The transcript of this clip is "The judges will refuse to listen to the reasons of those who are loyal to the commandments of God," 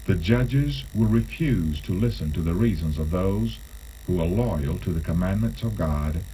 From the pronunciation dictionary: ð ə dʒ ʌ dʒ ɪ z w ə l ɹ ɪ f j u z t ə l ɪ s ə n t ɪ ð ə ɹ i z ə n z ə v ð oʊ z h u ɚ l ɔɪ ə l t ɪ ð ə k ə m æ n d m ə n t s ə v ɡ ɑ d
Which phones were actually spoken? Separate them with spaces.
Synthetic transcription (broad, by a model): ð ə dʒ ʌ dʒ ɪ z w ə ɹ ɪ f j u z t ə l ɪ s ə n t ɪ ð ə ɹ i z ə n z ə v ð oʊ z h u ɚ l ɔɪ ə l t ɪ ð ə k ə m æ n m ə n t s ə v ɡ ɑ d